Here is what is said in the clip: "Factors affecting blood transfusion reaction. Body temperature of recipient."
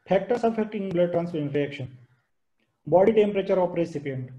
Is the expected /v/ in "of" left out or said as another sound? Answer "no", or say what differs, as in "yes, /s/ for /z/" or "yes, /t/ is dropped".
yes, /p/ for /v/